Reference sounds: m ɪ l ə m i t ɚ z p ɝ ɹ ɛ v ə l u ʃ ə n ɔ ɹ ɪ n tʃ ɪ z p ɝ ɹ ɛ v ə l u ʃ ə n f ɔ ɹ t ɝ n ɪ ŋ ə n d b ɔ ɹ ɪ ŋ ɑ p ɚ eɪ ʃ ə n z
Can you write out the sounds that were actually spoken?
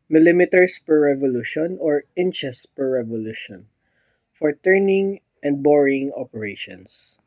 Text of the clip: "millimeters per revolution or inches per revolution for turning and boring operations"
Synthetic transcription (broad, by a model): m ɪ l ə m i t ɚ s p ɝ ɹ ɛ v ə l u ʃ ə n ɔ ɹ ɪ n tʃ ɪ s p ɝ ɹ ɛ v ə l u ʃ ə n f ɔ ɹ t ɝ n ɪ ŋ ə n d b ɔ ɹ ɪ ŋ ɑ p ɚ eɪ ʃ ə n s